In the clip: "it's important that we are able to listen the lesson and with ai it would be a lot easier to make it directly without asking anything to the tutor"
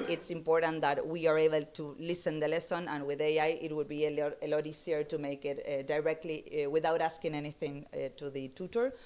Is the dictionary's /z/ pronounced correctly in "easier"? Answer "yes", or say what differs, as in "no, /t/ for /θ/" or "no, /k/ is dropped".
no, /s/ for /z/